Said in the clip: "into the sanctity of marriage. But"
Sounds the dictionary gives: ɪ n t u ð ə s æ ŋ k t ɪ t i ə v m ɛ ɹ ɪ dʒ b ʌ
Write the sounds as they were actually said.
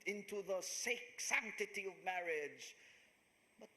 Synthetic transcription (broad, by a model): ɪ n t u ð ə s æ ŋ k t ɪ t i ə v m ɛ ɹ ɪ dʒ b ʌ